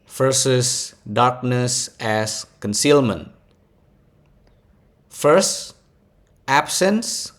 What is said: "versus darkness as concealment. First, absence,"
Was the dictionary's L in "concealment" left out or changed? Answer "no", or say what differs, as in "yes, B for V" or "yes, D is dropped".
no